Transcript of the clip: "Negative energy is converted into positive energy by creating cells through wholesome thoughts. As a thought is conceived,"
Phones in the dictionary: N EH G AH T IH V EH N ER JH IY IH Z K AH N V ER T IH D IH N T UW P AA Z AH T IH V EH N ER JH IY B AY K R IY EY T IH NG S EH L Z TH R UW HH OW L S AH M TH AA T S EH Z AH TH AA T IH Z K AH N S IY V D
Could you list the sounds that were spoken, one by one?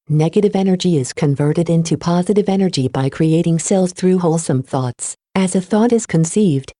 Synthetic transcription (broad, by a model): N EH G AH T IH V EH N ER JH IY IH Z K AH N V ER T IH D IH N T UW P AA Z AH T IH V EH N ER JH IY B AY K R IY EY T IH NG S EH L Z TH R UW HH OW L S AH M TH AA T S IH Z AH TH AA T IH Z K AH N S IY V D